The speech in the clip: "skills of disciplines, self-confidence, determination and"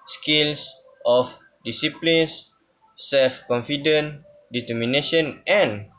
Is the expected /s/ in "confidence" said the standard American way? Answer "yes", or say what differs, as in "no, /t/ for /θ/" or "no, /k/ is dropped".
no, /s/ is dropped